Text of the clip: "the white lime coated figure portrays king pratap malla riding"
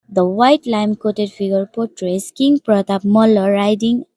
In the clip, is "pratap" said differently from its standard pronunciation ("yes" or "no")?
no